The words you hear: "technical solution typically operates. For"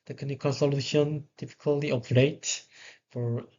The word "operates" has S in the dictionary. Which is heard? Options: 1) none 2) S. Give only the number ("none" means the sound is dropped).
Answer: 1